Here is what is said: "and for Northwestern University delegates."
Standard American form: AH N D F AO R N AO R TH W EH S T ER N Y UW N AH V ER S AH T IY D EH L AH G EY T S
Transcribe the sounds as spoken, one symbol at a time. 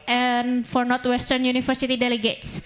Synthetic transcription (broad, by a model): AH N F AO R N AO R T W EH S T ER N Y UW N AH F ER S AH T IY D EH L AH G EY T S